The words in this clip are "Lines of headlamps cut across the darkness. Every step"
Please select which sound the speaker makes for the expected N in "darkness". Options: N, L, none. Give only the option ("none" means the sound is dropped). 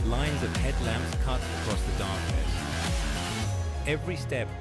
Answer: none